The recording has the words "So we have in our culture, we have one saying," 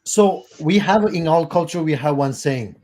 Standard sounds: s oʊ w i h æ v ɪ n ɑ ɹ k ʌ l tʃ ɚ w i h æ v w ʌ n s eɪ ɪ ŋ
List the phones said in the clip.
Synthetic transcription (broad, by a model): s oʊ w i h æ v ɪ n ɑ l k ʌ l tʃ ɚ w i h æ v w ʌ n s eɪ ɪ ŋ